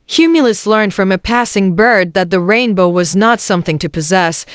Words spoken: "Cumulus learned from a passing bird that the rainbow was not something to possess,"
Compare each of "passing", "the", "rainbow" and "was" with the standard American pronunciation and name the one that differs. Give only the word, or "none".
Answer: none